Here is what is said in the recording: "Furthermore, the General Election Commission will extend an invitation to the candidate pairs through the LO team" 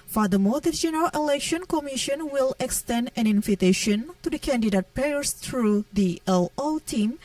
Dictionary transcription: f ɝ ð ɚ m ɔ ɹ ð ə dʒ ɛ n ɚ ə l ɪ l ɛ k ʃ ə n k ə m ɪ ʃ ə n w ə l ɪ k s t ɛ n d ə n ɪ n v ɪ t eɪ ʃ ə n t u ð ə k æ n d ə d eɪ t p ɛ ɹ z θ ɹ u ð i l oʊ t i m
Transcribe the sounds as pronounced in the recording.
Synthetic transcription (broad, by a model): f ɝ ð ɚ m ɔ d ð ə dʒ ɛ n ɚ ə l ɪ l ɛ k ʃ ə n k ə m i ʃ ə n w ə l ɪ k s t ɛ n d ə n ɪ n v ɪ t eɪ ʃ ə n t u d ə k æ n d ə d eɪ t p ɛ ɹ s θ ɹ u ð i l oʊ t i m